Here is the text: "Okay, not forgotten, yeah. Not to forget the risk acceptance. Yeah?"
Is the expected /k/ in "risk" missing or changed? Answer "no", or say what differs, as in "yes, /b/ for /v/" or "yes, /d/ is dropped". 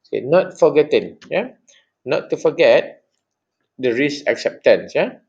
yes, /k/ is dropped